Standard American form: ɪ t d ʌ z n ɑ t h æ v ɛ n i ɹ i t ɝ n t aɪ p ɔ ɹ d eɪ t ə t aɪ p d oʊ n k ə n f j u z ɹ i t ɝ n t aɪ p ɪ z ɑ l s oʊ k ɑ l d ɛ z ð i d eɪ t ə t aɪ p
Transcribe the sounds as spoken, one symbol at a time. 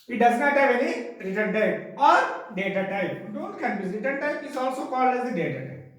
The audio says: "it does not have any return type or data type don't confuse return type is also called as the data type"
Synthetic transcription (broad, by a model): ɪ t d ʌ z n ɑ t h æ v ɛ n i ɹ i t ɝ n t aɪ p ɔ ɹ d eɪ t ə t aɪ p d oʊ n k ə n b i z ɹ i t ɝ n t aɪ p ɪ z ɑ l s oʊ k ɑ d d ɛ z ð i d eɪ t ə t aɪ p